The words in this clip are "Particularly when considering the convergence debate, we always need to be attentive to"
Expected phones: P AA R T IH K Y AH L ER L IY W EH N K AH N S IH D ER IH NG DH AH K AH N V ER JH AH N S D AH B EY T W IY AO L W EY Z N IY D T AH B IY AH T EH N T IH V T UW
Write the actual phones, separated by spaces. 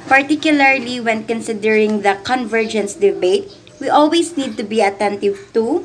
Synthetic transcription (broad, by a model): P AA R T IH K Y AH L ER L IY W EH N K AH N S IH D ER IH NG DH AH K AH N V ER JH AH N S D AH B EY T W IY AO L W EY S N IY D T AH B IY AH T EH N T IH V T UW